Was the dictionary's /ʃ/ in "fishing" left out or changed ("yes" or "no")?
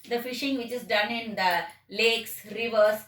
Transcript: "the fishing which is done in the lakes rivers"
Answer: no